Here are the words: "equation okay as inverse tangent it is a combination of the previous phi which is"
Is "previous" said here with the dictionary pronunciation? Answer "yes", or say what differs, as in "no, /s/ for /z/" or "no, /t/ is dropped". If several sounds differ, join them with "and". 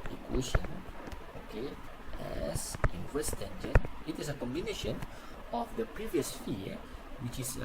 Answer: yes